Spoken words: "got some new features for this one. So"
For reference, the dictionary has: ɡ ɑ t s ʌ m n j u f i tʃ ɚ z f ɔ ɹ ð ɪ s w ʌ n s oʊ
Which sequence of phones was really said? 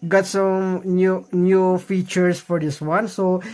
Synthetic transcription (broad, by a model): ɡ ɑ t s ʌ m n j u f i tʃ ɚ s f ɔ ɹ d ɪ s w ʌ n s oʊ